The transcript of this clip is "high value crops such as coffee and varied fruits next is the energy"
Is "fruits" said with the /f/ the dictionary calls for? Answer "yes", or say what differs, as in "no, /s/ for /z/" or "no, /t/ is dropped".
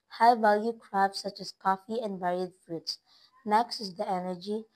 yes